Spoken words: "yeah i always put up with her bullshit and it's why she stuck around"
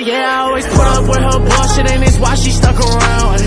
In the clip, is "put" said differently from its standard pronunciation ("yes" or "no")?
yes